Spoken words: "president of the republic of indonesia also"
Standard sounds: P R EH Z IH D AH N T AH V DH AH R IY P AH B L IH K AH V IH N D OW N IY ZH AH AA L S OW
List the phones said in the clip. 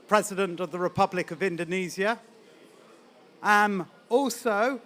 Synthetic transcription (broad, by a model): P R EH Z IH D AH N T AH V DH AH R IY P AH B L IH K AH V IH N D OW N IY Z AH AA L S OW